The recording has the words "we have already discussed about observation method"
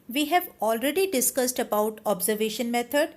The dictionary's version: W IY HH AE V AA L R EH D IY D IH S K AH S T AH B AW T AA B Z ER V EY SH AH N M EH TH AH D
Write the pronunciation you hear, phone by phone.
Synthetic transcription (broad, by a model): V IY HH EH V AA L R EH D IY D IH S K AH S T AH B AW T AA B Z ER V EY SH AH N M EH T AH D